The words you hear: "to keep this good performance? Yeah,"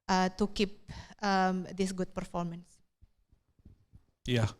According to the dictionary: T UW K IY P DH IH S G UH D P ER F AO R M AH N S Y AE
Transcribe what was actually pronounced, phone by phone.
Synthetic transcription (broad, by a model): T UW K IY P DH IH S G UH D P ER F AO R M AH N S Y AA